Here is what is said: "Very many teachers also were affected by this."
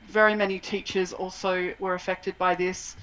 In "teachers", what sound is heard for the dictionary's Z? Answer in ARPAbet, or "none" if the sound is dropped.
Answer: Z